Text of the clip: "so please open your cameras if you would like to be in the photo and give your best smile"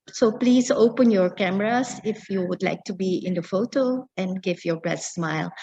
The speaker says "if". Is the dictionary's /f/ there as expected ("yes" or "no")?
yes